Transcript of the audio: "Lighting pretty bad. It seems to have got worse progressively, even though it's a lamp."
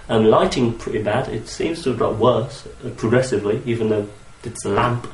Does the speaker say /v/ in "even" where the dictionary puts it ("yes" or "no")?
yes